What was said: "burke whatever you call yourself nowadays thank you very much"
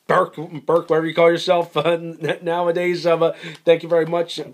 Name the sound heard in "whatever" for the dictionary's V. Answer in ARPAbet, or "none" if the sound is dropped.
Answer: W